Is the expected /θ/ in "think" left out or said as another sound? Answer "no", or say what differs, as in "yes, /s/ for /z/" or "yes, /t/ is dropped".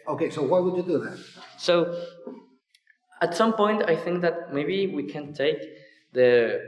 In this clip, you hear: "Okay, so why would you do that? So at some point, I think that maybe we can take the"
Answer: no